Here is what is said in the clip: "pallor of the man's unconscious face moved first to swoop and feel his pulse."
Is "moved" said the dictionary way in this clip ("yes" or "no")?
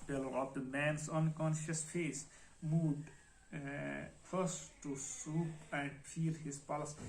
no